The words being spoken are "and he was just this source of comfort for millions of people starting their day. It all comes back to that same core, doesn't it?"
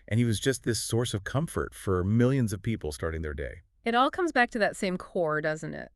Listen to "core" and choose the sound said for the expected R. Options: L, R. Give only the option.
R